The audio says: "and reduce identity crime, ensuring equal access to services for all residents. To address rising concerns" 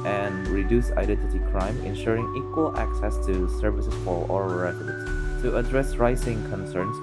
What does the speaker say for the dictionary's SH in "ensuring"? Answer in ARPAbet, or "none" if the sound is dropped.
SH